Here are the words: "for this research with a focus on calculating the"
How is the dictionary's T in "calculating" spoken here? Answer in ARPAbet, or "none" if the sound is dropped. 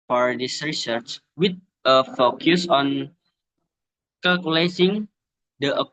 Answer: S